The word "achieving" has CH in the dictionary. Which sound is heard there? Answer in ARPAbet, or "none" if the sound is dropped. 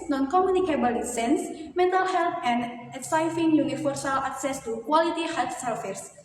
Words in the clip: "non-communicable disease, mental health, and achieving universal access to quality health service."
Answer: S